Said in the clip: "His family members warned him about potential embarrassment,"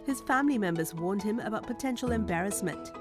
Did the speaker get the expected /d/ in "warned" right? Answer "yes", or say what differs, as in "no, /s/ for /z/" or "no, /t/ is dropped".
yes